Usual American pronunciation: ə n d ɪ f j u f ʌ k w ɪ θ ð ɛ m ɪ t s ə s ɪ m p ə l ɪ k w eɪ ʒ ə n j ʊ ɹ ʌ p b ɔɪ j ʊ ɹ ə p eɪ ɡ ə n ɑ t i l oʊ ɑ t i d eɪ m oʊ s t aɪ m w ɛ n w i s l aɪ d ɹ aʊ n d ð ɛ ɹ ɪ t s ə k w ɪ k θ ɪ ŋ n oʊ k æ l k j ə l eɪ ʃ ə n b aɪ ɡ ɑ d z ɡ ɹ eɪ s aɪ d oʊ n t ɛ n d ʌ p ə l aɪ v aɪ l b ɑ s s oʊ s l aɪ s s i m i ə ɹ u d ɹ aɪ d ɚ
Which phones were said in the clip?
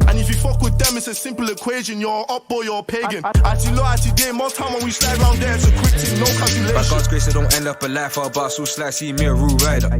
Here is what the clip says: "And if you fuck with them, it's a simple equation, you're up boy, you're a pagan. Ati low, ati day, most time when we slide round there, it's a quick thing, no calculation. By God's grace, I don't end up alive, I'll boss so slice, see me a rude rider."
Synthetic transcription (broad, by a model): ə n ɪ f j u f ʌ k w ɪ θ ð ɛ m ɪ t s ə s ɪ m p ə l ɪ k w eɪ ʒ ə n j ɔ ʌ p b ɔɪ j ə p eɪ ɡ ə n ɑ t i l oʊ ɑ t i d eɪ m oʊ t aɪ m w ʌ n w i s l aɪ d ɹ aʊ n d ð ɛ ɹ ɪ t s ə k w ɪ k t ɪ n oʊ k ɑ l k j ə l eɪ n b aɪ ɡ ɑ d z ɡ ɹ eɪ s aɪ d oʊ n t ɛ n d ʌ p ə l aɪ f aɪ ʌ b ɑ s s oʊ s l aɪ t s i m i ə ɹ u ɹ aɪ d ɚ